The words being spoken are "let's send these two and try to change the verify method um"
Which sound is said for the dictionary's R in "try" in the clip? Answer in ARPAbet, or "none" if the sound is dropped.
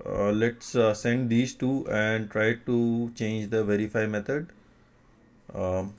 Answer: R